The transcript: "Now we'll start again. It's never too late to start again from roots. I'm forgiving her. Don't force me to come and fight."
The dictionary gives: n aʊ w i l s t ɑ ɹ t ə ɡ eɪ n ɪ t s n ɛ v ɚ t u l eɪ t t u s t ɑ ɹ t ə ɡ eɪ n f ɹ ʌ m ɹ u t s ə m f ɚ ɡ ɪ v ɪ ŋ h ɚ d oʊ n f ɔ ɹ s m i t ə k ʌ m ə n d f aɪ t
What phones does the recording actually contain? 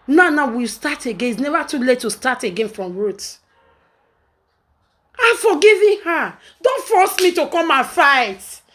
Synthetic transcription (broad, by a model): n aʊ w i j s t ɑ t ə ɡ eɪ n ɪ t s n ɛ v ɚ t u l eɪ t t u s t ɑ t ə ɡ eɪ n f ɹ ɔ m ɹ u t ə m f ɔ ɡ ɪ v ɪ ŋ h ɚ d oʊ n f ɔ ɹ s m i t ə k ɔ m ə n f aɪ t